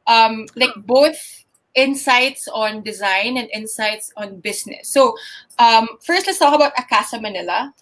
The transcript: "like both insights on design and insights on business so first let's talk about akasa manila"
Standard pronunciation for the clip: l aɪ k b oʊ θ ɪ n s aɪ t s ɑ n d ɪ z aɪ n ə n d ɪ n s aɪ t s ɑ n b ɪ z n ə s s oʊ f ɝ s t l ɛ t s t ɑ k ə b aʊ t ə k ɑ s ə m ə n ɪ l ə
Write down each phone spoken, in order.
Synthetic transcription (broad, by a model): l aɪ k b oʊ θ ɪ n s aɪ t s ɑ n d ɪ z aɪ n ə n d ɪ n s aɪ t s ɑ n b ɪ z n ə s s oʊ f ɝ s t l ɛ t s t ɑ k ə b aʊ t ə k ɑ s ə m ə n ɪ l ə